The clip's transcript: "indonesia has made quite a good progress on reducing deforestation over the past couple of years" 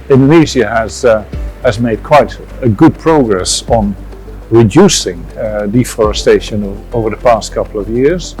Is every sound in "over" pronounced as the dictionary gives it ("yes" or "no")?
yes